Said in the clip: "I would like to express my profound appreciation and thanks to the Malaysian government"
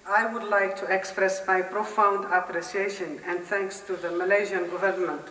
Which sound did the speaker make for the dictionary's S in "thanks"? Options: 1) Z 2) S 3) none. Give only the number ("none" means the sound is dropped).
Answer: 2